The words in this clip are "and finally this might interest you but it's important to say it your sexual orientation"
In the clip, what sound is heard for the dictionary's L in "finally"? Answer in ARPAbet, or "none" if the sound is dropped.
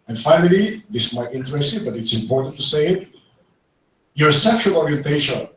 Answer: L